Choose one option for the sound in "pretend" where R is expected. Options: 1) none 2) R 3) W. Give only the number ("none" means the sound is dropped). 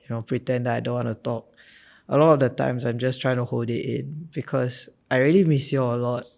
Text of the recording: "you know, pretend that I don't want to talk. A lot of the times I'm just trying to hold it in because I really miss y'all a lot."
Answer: 2